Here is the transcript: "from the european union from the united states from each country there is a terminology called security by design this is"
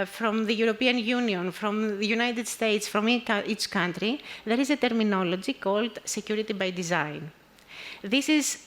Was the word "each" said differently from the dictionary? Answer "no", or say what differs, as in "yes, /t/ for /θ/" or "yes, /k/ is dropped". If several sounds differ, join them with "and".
no